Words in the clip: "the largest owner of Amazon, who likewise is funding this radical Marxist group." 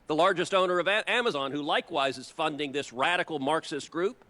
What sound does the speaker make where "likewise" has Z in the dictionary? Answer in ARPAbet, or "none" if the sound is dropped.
Z